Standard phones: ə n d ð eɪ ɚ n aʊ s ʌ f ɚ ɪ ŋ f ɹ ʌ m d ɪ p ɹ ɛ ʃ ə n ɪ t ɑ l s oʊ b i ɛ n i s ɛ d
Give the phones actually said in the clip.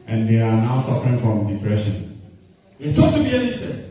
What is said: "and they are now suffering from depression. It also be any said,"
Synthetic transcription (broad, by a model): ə n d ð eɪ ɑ n aʊ s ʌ f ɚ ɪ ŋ f ɹ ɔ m d ɪ p ɹ ɛ ʃ ə n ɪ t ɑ s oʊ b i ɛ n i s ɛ